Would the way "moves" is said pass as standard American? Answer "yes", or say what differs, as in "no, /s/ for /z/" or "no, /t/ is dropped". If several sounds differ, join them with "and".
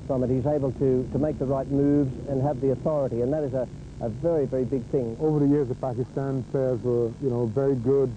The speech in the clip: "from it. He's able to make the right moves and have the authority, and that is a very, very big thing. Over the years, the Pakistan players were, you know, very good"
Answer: yes